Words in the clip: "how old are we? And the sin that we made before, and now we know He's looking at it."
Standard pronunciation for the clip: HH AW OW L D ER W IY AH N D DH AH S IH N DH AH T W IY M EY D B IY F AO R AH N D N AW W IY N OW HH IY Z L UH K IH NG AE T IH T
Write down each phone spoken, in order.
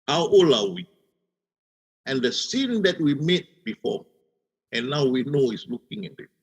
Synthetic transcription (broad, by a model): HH AW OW L AA W IY AH N D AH S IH N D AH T W IY M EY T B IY F AO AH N N AW W IY N OW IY S L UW K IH NG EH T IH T